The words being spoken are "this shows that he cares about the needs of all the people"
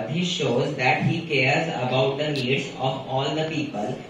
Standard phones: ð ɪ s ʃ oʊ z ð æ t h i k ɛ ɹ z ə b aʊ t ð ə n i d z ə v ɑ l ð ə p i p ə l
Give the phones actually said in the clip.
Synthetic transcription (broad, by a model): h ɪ ʃ oʊ z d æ t h i k ɛ ɹ z ə b aʊ t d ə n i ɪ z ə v ɑ l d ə p i p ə l